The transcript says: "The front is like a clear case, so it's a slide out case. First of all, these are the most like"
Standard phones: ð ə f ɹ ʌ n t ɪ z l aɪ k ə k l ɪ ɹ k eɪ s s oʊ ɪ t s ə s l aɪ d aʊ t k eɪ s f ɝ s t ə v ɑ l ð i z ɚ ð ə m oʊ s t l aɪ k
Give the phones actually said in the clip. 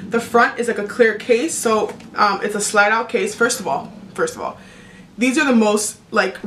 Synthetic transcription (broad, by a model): ð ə f ɹ ʌ n t ɪ z l aɪ k ə k l ɪ ɹ k eɪ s s oʊ ɪ t s ə s l aɪ d aʊ t k eɪ s f ɝ s t ə v ɑ l ð i z ɚ ð ə m oʊ s t l aɪ k